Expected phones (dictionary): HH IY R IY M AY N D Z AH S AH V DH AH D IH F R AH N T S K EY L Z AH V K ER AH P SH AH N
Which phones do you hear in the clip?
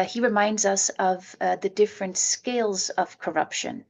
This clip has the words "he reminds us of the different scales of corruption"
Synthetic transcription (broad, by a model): HH IY R IY M AY N D Z AH S AH V DH AH D IH F R AH N T S K EY L Z AH V K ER AH P SH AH N